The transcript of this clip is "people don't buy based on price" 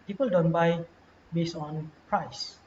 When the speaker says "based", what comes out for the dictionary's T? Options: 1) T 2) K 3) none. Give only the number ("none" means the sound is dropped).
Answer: 3